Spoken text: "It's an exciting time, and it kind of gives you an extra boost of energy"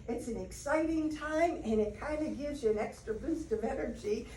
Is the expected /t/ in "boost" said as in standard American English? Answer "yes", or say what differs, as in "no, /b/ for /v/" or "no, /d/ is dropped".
yes